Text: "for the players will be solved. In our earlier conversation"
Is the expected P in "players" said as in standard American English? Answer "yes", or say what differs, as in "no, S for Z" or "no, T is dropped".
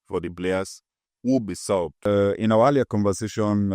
no, B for P